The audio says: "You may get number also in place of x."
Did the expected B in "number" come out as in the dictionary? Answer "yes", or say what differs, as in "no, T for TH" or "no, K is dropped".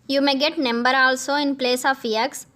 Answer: yes